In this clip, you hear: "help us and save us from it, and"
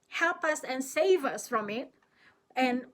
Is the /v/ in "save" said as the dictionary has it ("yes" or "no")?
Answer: yes